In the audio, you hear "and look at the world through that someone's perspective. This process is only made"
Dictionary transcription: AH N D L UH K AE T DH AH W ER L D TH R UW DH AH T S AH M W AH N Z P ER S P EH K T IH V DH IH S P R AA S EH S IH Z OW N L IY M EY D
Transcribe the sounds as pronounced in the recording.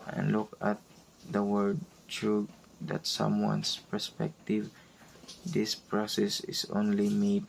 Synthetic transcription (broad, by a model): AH N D L UH K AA T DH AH W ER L D T R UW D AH T S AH M W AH N S P ER S P EH K T IH V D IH S P R AA S EH S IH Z OW N L IY M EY D